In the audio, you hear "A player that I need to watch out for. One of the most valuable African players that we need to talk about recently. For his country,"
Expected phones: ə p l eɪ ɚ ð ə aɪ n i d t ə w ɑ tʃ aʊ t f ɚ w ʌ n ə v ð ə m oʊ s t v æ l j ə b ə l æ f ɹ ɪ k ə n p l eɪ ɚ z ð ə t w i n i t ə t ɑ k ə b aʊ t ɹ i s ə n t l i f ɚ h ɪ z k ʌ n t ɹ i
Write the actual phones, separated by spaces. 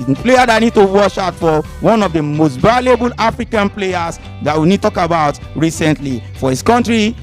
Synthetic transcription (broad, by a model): p l eɪ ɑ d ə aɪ n i d t ə w ɑ ʃ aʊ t f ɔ w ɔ n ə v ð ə m oʊ s t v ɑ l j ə b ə l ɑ f ɹ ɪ k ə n p l eɪ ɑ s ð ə t w i n i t t ɑ k ə b aʊ t ɹ i s ə n t l i f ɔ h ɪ s k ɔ n t ɹ i